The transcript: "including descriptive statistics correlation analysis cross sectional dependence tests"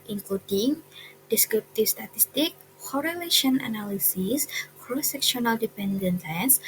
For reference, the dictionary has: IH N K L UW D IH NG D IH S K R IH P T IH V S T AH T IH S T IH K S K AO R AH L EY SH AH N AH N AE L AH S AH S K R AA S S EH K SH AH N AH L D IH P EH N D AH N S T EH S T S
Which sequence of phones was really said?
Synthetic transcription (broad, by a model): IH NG K L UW D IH NG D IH S K R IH P T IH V S T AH T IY S T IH K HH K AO R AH L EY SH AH N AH N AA L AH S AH S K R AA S S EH K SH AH N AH L D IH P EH N D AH N T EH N S